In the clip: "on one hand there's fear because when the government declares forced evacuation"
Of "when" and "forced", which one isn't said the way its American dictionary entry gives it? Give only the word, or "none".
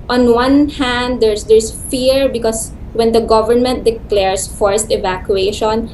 none